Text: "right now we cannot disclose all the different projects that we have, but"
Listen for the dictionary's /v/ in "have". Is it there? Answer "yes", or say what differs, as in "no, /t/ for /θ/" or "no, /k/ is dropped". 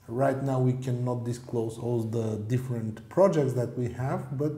yes